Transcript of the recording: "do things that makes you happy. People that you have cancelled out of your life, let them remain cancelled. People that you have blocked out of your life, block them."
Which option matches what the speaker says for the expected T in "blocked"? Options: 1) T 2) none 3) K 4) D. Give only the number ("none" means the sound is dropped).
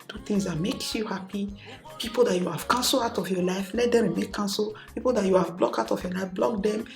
2